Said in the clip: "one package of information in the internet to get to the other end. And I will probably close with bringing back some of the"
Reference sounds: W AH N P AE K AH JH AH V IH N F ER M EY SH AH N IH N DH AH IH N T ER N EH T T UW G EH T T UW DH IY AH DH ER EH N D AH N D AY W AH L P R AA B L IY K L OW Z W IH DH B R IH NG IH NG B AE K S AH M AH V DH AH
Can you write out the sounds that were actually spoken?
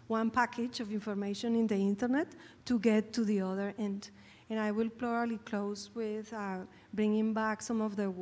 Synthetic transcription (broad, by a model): W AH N P AE K AH JH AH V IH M F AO M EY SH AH N IH N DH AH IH N T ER N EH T T UW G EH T T UW DH IY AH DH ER EH N D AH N AY W AH L P L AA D L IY K L OW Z W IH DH B R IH NG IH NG B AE K S AH M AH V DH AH